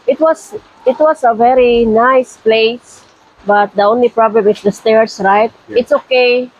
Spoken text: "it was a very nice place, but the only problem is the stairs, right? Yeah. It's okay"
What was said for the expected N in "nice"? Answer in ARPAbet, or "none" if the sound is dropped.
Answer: N